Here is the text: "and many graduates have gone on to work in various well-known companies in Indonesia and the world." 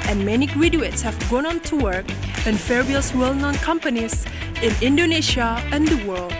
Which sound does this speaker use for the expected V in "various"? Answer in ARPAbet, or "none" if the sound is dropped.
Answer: F